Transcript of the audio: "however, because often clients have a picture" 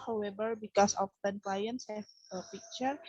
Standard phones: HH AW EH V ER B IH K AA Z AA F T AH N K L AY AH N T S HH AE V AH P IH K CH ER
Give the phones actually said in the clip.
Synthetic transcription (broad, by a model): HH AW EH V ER B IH K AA S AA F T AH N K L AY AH N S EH F AH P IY K CH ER